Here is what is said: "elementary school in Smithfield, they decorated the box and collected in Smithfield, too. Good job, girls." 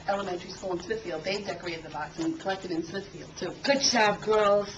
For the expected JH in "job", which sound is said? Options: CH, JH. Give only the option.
CH